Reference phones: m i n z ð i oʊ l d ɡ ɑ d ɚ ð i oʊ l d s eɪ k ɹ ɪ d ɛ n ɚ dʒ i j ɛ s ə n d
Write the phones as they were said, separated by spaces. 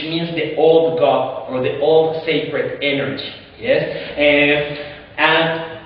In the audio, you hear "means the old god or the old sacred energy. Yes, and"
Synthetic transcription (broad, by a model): m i n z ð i oʊ l d ɡ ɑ ɚ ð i oʊ l d s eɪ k ɹ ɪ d ɛ n ɚ dʒ i j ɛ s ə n